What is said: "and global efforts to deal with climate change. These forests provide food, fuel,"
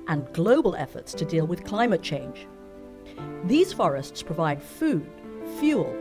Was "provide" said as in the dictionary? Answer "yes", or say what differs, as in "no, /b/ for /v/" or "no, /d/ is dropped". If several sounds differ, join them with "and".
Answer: yes